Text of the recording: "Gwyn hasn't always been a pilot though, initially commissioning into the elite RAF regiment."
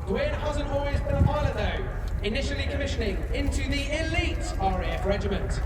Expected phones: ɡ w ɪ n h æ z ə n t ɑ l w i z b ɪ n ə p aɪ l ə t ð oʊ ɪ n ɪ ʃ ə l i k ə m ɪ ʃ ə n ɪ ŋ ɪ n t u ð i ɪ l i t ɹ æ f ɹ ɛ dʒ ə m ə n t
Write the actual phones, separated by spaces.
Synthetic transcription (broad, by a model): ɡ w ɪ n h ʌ z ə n ɑ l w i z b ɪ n ə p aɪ l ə ð oʊ ɪ n ɪ ʃ ə l i k ə m ɪ ʃ ə n ɪ ŋ ɪ n t u ð i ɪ l i t ɹ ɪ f ɹ ɛ dʒ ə m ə n t